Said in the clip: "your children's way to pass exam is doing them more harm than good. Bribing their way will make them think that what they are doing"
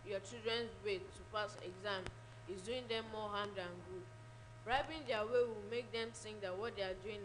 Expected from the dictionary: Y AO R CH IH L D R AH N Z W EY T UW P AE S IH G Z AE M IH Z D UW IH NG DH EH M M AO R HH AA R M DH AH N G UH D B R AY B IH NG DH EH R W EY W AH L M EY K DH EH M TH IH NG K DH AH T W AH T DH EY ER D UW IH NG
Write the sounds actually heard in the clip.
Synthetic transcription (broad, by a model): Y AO CH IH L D R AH N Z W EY T UW P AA S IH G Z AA M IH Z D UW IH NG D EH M M AO HH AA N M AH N G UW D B R AY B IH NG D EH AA W EY W AH L M EY K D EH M S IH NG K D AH T W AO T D EY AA D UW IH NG